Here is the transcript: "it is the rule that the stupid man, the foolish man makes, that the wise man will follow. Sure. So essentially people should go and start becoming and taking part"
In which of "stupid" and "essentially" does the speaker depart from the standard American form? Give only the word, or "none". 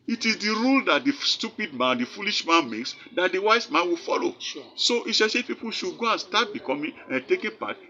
essentially